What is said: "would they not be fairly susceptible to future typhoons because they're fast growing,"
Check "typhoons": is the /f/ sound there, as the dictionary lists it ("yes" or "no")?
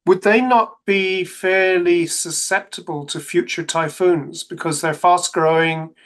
yes